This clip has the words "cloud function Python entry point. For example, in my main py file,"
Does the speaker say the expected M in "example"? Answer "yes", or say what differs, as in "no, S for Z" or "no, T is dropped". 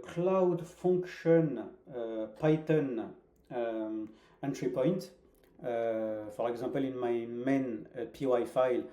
no, M is dropped